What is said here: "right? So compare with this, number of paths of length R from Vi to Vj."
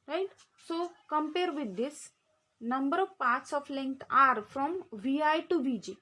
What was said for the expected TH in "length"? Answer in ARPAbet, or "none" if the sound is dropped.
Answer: T